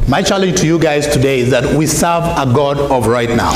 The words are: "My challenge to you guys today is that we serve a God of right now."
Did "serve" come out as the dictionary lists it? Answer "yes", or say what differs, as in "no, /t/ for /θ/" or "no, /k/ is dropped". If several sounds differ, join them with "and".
yes